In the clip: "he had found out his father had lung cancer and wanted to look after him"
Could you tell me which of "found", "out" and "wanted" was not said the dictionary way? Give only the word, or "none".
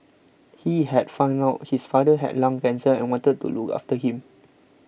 found